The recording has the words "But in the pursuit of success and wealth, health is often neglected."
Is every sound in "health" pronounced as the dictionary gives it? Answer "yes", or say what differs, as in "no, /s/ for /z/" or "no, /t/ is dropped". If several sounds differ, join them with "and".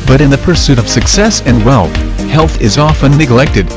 yes